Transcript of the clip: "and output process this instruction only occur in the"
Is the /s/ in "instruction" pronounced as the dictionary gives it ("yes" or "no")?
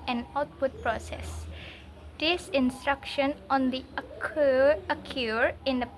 yes